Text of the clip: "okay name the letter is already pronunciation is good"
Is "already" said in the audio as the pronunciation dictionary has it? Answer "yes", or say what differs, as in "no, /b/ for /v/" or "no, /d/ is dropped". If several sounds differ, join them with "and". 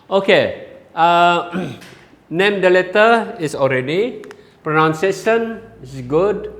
yes